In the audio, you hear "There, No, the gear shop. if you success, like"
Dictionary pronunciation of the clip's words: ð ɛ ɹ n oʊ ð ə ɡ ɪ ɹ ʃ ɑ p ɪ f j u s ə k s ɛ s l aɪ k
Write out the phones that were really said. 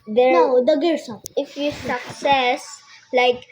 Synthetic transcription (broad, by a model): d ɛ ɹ n oʊ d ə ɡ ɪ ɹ s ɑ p ɪ f j u s ə k s ɛ s l aɪ k